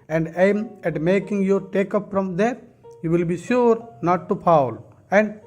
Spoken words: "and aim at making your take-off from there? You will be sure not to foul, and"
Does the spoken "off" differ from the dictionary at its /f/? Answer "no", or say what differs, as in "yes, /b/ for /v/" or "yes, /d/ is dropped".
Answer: yes, /p/ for /f/